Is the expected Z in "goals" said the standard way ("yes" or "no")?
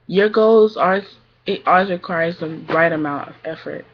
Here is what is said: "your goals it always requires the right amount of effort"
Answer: yes